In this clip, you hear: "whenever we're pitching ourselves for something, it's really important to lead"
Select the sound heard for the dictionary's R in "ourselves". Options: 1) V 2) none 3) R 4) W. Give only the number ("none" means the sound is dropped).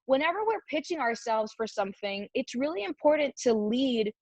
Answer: 3